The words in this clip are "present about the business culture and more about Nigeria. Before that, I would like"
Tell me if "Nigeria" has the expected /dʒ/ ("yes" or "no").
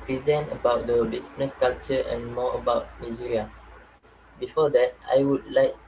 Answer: no